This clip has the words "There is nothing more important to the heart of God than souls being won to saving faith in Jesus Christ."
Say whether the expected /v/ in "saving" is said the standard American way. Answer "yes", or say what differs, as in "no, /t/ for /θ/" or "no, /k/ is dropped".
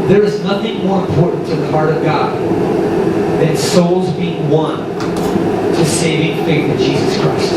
yes